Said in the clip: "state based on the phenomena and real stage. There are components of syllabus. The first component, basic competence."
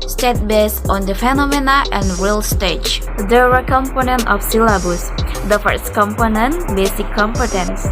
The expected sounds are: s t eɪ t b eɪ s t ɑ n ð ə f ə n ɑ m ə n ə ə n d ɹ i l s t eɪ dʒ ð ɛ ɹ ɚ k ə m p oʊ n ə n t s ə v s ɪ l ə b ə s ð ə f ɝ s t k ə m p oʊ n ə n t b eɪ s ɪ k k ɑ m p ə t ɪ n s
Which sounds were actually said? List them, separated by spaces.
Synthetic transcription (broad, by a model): s t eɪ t b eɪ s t ɑ n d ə f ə n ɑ m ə n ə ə n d ɹ i l s t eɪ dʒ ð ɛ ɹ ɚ k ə m p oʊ n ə n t ə f s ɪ l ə b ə s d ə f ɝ s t k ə m p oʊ n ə n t b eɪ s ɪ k k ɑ m p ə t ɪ n s